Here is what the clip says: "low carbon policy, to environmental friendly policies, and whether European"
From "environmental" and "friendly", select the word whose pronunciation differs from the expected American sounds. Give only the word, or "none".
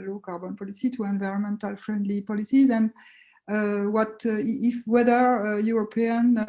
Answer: none